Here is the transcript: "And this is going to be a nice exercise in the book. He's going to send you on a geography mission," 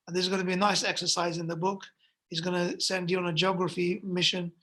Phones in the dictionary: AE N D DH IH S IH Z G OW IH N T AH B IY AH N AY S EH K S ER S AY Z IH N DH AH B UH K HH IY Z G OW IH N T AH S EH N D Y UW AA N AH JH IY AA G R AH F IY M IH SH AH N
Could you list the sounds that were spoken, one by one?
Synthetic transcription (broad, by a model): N DH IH IH Z G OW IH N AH B IY AH N AY S EH K S ER S AY Z IH N DH AH B UH K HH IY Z G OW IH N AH S EH N D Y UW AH N AH JH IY AA G R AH F IY M IH SH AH N